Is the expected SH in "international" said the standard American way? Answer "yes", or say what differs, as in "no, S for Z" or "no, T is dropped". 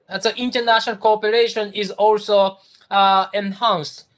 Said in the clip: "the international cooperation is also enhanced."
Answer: yes